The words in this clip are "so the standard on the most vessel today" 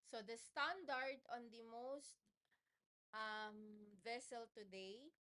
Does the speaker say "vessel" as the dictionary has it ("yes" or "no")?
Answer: yes